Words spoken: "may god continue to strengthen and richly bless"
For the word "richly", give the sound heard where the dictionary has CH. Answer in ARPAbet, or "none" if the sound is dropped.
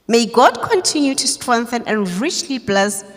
CH